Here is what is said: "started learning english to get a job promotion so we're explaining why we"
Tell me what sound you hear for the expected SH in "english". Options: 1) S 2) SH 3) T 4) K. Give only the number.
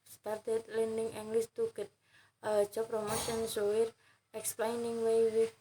1